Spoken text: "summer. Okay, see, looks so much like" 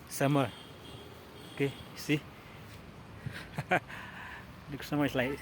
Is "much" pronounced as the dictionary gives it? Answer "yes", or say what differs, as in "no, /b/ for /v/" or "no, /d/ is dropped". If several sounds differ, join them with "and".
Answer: no, /s/ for /tʃ/